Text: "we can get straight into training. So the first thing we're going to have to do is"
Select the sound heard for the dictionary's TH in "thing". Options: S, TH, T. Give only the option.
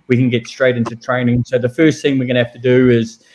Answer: TH